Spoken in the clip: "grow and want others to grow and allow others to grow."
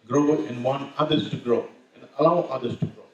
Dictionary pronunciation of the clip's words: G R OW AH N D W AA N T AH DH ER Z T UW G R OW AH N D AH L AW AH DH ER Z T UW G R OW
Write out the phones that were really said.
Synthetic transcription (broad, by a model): G R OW AH N D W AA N AH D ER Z T UW G R OW AH N D AH L AW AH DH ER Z T UW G R OW